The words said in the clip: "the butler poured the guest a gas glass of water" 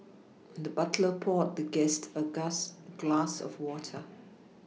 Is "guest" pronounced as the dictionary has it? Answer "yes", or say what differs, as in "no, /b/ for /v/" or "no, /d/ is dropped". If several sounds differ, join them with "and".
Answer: yes